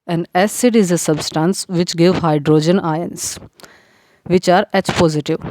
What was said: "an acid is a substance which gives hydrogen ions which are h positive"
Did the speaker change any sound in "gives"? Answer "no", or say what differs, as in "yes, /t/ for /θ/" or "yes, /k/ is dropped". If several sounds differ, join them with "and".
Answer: yes, /z/ is dropped